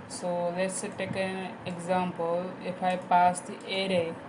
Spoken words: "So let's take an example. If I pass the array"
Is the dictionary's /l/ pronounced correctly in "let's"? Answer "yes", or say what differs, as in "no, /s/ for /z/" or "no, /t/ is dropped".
yes